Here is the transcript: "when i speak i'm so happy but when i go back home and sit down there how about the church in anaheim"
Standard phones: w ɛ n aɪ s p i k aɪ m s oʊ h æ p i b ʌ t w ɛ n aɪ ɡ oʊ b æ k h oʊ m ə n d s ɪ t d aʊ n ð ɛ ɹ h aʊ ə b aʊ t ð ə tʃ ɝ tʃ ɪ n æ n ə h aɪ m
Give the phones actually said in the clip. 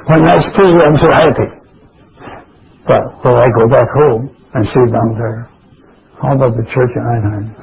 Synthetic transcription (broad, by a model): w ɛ n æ s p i aɪ m s oʊ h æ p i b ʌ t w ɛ l aɪ ɡ oʊ b æ k h oʊ m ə n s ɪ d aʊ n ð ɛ ɹ h aʊ ə b aʊ t ð ə tʃ ɝ tʃ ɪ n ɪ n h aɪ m